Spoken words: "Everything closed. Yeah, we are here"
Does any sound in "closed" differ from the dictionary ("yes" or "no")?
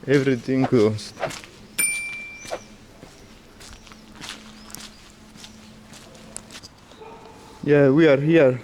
yes